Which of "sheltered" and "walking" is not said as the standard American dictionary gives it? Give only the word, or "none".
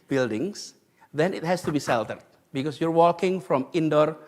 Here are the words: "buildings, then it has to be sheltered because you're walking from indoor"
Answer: sheltered